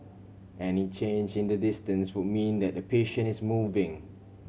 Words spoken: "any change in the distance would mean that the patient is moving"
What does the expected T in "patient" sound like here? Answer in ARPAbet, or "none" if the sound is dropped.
none